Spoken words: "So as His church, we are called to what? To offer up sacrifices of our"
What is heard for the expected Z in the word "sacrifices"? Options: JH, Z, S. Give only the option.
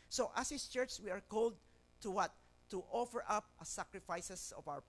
S